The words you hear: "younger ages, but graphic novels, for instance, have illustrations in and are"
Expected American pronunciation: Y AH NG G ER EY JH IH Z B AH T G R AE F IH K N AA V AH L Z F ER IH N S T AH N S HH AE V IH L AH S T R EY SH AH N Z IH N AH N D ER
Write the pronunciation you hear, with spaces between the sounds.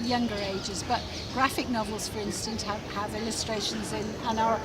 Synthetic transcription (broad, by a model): Y AH NG G ER EY JH IH Z B AH T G R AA F IH K N AA V AH L Z F ER IH N S T AH N S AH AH V IH L AH S T R EY SH AH N Z IH N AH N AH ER